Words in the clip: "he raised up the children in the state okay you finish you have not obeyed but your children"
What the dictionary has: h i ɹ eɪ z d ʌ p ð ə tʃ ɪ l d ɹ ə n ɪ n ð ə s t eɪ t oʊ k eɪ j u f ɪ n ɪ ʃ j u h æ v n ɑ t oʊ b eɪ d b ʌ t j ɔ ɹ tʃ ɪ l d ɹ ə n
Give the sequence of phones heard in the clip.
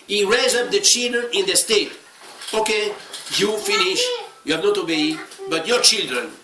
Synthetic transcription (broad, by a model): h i ɹ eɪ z ʌ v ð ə tʃ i l d ɹ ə n ɪ n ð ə s t eɪ t oʊ k eɪ j u f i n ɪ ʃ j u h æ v n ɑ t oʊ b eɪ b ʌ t j ɔ ɹ tʃ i l d ɹ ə n